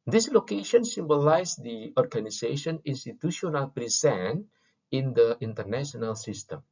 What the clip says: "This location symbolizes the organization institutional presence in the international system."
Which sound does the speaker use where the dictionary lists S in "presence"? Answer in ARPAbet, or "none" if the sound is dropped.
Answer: none